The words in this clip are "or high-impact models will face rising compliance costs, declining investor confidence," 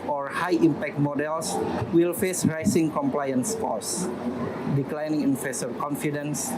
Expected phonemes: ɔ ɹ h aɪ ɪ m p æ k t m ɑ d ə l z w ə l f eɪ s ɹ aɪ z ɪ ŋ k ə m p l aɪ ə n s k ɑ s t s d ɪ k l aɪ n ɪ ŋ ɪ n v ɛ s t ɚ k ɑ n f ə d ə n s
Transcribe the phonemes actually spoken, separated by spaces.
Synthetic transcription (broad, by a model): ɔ ɹ h aɪ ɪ m p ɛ k t m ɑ d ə l s w ə l f eɪ s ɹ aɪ s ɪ ŋ k ə m p l aɪ ə n s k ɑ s s d ɪ k l aɪ n ɪ ŋ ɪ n f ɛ s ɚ k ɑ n f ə d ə n s